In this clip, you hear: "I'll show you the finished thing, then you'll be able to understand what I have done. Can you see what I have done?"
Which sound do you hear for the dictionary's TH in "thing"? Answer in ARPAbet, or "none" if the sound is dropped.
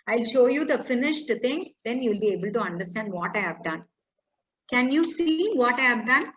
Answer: T